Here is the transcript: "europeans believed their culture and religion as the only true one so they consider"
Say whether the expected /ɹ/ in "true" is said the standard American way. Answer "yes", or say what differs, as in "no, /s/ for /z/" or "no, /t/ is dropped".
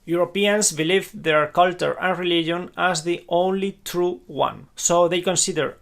yes